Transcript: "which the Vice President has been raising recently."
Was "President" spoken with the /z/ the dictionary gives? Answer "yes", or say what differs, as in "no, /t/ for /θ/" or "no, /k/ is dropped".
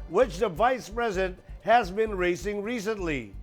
yes